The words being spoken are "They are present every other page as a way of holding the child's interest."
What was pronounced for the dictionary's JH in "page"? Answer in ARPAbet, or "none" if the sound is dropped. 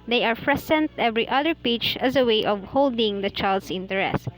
CH